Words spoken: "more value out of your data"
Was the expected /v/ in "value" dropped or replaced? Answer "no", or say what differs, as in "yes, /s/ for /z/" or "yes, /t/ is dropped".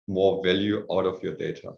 no